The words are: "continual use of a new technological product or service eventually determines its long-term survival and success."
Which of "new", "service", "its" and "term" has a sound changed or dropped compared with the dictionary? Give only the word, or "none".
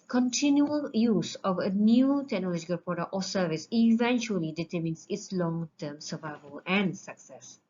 none